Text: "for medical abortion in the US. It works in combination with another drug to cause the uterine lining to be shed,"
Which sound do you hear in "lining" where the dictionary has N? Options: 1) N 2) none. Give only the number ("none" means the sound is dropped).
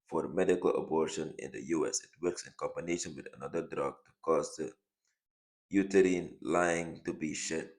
2